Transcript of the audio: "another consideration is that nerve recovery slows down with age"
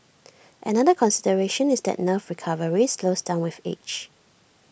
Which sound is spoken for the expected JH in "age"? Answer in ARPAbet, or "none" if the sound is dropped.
CH